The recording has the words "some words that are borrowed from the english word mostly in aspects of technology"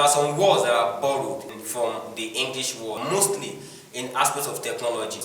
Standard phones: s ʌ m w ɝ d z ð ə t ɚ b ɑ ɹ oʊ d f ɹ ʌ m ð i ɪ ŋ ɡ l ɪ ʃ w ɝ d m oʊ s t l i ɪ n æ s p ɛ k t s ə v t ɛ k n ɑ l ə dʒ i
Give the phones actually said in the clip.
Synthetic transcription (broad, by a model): s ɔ m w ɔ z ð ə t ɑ b ɑ ɹ oʊ d f ɹ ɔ m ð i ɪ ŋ ɡ l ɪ ʃ w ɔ m oʊ s t l i ɪ n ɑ s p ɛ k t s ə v t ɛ k n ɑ l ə dʒ i